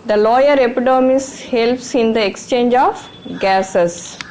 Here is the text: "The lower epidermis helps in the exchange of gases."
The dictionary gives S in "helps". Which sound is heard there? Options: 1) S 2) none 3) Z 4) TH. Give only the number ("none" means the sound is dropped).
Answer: 1